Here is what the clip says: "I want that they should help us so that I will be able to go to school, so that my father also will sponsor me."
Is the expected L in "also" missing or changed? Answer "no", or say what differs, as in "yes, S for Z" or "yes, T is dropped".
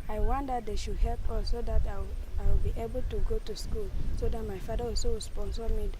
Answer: yes, L is dropped